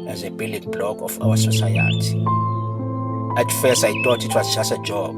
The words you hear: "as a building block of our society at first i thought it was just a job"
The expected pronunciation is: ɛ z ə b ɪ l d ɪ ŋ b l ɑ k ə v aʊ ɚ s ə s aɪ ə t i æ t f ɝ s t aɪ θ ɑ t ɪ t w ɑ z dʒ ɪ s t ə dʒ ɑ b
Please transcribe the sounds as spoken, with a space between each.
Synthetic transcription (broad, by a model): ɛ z ə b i l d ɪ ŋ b l ɑ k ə f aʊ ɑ s ə s aɪ ə t i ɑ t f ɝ s aɪ t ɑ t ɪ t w ɑ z tʃ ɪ s ə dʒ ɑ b